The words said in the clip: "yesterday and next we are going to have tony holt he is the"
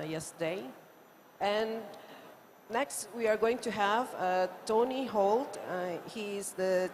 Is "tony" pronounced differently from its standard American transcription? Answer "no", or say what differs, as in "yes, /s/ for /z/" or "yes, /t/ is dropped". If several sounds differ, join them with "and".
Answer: no